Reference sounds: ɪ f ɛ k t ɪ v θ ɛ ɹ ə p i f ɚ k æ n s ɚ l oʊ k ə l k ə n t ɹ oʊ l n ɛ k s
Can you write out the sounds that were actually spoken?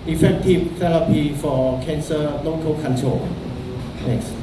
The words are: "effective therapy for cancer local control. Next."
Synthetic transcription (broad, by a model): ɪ f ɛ k t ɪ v t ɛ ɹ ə p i f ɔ k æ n s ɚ l oʊ k ə l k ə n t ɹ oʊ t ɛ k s